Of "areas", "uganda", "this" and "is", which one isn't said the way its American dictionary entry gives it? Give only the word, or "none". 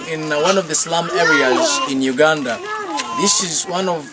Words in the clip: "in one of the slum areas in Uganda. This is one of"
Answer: none